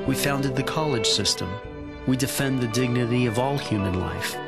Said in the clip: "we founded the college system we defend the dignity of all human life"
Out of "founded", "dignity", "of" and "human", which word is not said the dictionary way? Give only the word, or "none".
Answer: none